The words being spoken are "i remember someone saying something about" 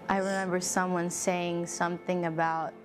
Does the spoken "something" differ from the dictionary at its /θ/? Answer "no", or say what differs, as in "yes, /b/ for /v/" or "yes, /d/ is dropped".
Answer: no